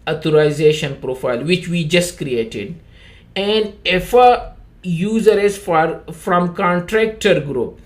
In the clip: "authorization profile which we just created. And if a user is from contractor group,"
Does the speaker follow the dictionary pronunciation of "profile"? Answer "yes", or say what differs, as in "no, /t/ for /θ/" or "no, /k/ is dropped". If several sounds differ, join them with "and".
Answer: yes